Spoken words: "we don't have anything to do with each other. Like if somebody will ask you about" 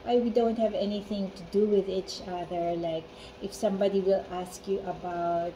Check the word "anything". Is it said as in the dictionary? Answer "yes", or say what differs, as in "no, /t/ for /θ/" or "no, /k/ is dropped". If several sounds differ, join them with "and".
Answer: yes